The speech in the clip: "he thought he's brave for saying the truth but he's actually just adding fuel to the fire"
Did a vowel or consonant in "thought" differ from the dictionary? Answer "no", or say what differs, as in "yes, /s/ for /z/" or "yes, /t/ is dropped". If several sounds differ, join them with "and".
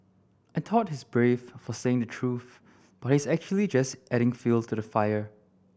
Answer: yes, /t/ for /θ/